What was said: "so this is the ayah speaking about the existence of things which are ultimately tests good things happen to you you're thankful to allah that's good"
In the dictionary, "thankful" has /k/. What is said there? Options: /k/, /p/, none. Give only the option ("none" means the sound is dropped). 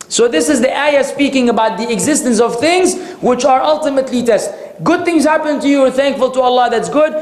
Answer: /k/